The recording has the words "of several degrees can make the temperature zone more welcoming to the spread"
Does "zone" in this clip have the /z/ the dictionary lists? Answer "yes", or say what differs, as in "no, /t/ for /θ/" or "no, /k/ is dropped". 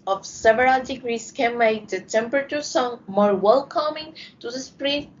no, /s/ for /z/